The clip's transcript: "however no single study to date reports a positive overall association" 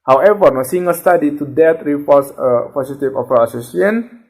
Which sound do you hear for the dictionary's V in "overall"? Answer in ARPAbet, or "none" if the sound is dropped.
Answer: P